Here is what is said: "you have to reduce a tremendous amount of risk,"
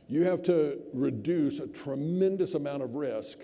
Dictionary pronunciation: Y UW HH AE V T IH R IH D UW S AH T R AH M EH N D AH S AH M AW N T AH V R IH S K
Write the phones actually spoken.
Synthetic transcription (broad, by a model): Y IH HH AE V T IH R IH D UW S AH T R AH M EH N D AH S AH M AW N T AH V R IH S K